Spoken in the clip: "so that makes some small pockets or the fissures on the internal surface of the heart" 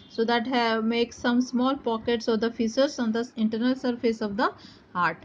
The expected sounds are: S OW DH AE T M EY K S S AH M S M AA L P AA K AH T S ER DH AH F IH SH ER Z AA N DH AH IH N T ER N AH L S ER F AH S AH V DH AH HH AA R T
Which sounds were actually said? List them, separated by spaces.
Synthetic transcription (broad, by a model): S OW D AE T M EY K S S AH M S M AA L P AA K AH T S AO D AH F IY S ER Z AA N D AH IH N T ER N AH L S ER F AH S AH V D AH HH AA R T